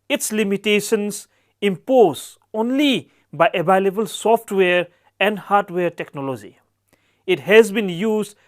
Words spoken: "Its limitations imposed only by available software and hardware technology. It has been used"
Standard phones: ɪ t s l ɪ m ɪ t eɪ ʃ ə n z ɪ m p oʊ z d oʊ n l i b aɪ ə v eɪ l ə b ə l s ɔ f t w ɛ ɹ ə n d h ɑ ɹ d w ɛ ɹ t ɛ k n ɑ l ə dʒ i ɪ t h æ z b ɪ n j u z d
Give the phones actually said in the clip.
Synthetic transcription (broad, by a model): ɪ t s l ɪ m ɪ t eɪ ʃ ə n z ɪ m p oʊ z oʊ n l i b aɪ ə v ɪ l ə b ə l s ɔ f t w ɛ ɹ ə n d h ɑ ɹ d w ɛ ɹ t ɛ k n ɑ l ə dʒ i ɪ t h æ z b ɪ n j u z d